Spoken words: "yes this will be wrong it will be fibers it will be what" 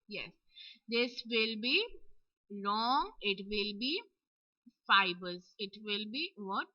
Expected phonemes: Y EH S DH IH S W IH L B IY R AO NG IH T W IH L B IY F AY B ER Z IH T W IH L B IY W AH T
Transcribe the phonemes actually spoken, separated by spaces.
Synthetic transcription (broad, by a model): Y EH S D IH S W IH L B IY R AO NG IH T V IH L B IY F AY B ER Z IH T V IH L B IY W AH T